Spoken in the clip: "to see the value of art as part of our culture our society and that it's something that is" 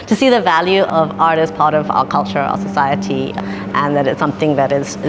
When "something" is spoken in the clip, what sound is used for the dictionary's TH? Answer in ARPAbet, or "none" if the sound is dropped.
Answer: TH